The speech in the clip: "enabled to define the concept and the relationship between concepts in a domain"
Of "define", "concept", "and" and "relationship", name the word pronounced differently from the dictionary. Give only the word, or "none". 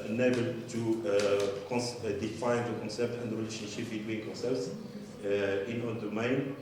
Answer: none